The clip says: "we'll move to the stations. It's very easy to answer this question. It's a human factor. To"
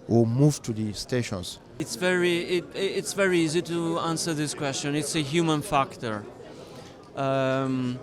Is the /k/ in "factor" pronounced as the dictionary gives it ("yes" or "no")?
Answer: yes